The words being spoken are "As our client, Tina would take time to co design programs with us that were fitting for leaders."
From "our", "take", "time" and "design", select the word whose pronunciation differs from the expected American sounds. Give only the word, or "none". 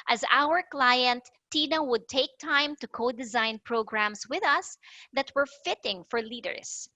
none